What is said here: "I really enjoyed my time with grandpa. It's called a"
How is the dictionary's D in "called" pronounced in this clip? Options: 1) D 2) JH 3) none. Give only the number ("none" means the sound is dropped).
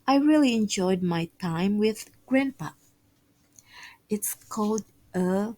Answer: 1